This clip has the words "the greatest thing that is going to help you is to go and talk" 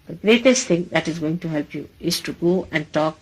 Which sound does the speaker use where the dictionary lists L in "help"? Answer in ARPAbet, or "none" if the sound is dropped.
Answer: L